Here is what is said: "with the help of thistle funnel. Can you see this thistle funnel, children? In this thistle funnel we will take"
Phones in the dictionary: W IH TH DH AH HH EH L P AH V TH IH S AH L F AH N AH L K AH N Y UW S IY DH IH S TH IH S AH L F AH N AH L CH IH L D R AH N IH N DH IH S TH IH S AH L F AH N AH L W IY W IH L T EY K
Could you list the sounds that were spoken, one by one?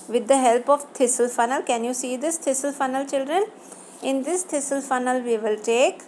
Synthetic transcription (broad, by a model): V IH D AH HH EH L P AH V T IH S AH L F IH N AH L K AH N Y UW S IY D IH S T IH S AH L F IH N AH L CH IH L D R AH N IH N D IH S T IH S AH L F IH N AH L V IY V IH L T EY K